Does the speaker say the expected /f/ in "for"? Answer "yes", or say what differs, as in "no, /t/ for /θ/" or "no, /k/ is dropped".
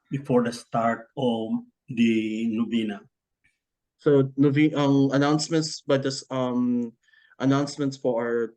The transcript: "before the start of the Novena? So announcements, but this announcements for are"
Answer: no, /p/ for /f/